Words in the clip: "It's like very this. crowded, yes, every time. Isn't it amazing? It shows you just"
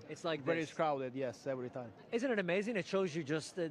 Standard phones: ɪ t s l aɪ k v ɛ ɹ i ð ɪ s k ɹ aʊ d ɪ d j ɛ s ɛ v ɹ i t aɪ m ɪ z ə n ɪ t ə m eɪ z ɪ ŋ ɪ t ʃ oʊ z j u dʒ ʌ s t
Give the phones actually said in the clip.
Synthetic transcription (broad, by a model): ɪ t s l aɪ k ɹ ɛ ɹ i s k ɹ aʊ d ɪ d j ɛ s ɛ v ɹ i t aɪ m ɪ z ə n ɪ t ə m eɪ z ɪ ŋ ɪ t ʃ oʊ z j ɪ dʒ ʌ s t